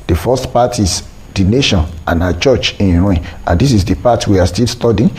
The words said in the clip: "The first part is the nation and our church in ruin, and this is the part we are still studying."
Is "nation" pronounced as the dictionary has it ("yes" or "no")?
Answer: yes